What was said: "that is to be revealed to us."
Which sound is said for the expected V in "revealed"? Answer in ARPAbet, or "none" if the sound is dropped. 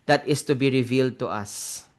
V